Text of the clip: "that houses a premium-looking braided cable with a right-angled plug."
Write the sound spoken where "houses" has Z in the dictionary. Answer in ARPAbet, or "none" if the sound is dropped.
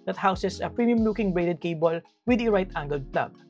S